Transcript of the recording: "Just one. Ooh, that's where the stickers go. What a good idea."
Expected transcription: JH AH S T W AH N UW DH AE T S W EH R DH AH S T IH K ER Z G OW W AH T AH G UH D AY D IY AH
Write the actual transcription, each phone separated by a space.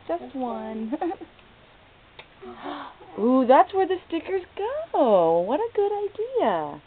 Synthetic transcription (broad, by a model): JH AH S T W AH N UW DH AE T S W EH R DH AH S T IH K ER Z G OW W AH T AH G UH D AY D IY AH